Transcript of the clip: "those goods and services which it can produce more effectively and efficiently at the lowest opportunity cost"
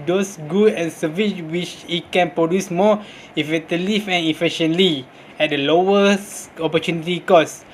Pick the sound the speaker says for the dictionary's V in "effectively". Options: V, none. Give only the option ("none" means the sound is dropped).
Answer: none